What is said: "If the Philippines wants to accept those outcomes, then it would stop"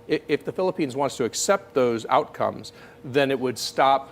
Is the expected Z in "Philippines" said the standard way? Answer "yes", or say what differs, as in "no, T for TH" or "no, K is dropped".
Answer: yes